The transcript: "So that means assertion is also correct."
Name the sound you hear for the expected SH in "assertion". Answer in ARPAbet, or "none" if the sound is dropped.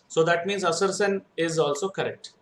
S